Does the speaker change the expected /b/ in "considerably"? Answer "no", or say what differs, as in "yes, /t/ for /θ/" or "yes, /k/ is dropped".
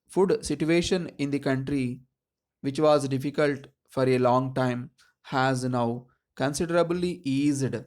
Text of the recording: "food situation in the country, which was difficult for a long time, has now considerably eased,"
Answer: no